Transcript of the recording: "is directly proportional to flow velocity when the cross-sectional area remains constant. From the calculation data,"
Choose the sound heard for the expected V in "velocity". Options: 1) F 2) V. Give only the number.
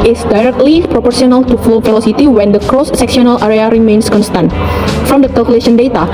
1